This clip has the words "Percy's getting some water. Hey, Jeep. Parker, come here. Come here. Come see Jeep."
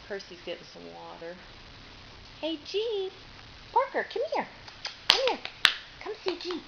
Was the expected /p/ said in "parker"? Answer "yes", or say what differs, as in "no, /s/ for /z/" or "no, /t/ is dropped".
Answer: yes